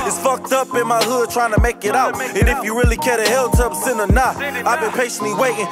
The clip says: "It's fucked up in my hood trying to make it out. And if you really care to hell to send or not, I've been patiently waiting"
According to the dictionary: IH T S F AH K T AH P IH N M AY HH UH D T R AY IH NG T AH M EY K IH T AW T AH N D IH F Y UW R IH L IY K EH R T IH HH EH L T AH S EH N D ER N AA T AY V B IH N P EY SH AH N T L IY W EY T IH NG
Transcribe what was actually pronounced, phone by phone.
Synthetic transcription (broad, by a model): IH T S F AH K T AH P IH N M AY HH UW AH T R AY IH NG T AH M EY K IH T AW T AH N IH F Y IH R IH L IY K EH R T IH HH EH L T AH S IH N ER N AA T AY V B IH N P EY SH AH N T L IY W EY T IH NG